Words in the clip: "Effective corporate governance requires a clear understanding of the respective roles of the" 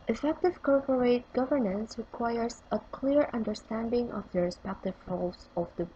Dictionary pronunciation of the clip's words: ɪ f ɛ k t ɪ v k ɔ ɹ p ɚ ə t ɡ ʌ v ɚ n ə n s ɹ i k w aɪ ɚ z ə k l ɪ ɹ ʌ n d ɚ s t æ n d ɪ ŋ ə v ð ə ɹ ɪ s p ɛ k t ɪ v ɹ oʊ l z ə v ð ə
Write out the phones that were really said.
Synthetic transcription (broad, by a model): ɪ f ɛ k t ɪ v k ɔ ɹ p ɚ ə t ɡ ʌ v ɚ n ə n s ɹ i k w aɪ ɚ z ə k l ɪ ɹ ʌ n d ɚ s t æ n d ɪ ŋ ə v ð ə ɹ ɪ s p ɛ k t ɪ v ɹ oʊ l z ə v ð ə